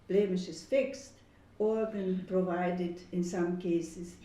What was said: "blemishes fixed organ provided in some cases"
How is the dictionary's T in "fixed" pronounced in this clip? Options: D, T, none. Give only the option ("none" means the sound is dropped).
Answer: T